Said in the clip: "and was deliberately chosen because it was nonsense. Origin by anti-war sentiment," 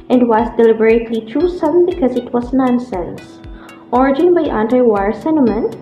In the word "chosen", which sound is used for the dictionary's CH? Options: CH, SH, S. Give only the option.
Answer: S